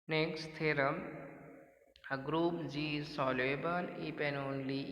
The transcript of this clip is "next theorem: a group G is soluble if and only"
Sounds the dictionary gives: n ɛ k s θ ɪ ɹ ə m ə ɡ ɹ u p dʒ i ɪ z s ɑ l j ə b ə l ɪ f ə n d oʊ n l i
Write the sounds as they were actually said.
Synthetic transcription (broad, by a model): n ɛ k s t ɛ ɹ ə m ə ɡ ɹ u p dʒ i s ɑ l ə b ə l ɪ p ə n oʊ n l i